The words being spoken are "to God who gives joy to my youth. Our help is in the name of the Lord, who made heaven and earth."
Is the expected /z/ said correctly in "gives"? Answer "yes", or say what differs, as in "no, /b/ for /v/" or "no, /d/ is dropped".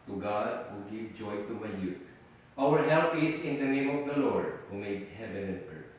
no, /z/ is dropped